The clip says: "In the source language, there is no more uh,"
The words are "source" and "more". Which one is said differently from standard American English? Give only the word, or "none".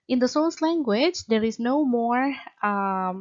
source